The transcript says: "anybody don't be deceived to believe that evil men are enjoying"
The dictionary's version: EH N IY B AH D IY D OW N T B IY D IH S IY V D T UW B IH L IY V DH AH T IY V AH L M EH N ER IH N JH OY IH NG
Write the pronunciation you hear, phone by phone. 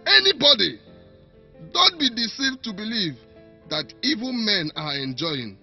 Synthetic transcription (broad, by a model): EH N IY B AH D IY D OW N T B IY D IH S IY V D T UW B IH L IY V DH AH T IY V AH N M EH N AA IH N JH OY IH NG